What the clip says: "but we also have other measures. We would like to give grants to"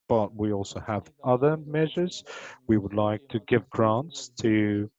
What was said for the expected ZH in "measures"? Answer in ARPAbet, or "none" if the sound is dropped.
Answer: ZH